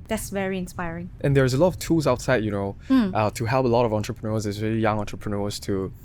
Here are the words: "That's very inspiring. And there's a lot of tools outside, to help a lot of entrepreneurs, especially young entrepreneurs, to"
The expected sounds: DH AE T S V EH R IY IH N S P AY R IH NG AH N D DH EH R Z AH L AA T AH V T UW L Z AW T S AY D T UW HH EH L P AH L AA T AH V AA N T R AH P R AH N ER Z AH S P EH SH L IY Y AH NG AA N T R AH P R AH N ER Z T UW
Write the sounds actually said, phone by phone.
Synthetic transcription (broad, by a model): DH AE T S V EH R IY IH N S P AY R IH NG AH N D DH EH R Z AH L AA T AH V T UW L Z AW T S AY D T UW HH EH L P AH L AA T AH V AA N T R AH P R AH N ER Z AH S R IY L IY Y AH NG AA N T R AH P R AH N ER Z T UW